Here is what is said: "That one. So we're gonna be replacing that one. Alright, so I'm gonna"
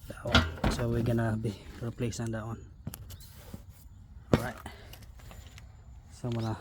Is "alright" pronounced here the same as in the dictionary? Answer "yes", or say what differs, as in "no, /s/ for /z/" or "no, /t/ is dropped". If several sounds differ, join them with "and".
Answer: no, /l/ is dropped